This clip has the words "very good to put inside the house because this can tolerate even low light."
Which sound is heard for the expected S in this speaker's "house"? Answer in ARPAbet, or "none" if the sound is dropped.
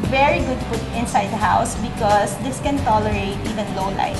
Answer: S